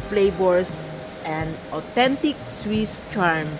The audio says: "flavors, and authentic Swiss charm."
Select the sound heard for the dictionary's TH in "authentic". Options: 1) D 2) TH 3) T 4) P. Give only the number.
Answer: 3